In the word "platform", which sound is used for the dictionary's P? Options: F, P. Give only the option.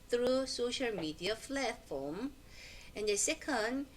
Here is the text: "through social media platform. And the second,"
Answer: F